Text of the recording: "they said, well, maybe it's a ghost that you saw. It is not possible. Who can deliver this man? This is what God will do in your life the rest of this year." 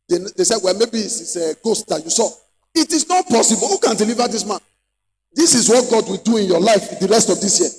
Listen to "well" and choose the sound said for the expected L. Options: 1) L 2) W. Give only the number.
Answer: 1